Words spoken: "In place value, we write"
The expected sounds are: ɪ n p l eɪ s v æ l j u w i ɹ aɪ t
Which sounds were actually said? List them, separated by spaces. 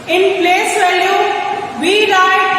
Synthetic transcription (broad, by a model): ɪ n p l eɪ s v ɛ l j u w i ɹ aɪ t